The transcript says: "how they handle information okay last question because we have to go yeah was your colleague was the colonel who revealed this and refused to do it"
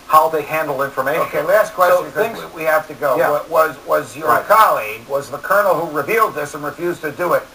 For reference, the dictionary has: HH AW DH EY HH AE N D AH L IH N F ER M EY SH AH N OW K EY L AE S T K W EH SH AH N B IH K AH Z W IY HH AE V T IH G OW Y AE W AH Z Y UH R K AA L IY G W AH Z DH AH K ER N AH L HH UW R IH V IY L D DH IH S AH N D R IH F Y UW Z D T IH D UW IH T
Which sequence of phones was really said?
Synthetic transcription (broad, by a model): HH AW DH EY HH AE N D L IH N F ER M EY AH OW K EY L AE S T K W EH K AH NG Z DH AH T W IY HH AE F T IH G OW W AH W AH Z Y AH R K AA L IY G W AH Z DH AH K ER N L HH UW R IH V IY L D DH IH S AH N R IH F Y UW Z T IH D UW IH T